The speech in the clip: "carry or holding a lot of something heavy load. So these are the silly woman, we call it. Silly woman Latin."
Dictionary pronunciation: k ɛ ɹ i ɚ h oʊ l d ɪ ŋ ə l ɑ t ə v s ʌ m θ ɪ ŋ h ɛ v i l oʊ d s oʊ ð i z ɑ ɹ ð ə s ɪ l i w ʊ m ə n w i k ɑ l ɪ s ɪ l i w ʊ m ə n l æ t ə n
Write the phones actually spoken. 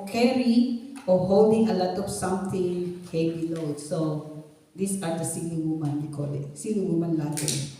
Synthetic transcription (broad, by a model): k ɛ ɹ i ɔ h oʊ l d ɪ ŋ ə l ɑ t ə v s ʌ m t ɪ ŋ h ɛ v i l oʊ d s oʊ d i s ɑ ɹ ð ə s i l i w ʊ m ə n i k ɑ l ɪ s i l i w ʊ m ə n l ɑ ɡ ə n